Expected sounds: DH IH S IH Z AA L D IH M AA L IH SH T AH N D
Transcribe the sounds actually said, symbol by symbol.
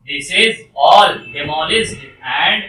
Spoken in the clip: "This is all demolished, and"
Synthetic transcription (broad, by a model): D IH S IH Z AA L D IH M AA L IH S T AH N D